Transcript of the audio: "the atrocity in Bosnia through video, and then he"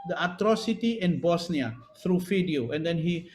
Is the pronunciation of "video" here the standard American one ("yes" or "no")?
no